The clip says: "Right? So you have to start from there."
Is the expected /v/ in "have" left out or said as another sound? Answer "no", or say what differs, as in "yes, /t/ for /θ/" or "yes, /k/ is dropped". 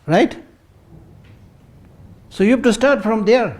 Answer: yes, /p/ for /v/